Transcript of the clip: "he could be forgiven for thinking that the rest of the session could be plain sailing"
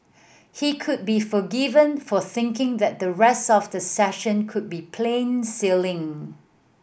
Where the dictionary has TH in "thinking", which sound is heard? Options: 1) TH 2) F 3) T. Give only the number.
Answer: 1